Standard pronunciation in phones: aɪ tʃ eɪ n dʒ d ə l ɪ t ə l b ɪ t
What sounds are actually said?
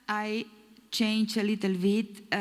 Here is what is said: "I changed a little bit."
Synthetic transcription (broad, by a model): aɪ tʃ eɪ n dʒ ə l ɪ t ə l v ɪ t